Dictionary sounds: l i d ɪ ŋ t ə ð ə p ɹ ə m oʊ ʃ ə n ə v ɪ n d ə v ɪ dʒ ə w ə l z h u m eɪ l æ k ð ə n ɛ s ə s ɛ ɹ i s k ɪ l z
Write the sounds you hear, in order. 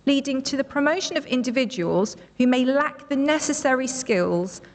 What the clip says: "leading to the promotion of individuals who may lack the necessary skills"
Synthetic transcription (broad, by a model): l i d ɪ ŋ t ə ð ə p ɹ ə m oʊ ʃ ə n ə v ɪ n d ə v ɪ dʒ ə w ə l z h u m eɪ l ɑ k ð ə n ɛ s ə s ɛ ɹ i s k ɪ l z